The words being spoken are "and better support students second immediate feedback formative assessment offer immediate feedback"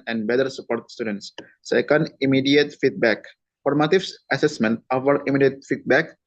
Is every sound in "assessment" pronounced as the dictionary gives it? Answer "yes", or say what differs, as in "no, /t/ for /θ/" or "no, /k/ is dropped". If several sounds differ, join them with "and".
yes